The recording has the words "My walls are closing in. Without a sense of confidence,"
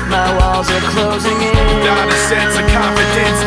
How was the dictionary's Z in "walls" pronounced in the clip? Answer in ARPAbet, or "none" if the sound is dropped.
Z